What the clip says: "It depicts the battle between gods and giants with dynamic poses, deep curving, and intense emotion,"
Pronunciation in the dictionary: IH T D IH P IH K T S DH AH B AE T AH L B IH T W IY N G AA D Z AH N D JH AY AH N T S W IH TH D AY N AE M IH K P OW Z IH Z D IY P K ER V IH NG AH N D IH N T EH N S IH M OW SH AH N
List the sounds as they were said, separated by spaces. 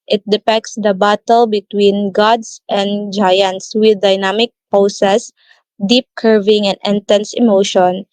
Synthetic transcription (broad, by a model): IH T D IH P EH K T S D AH B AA T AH L B IH T W IY N G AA D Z AH N D JH AY AH N T S W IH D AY N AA M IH K P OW S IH S D IY P K ER V IH NG AH N D IH N T EH N S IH M OW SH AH N